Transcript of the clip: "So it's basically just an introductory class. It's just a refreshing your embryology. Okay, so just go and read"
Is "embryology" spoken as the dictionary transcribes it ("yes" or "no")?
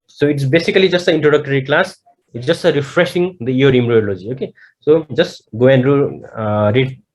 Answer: no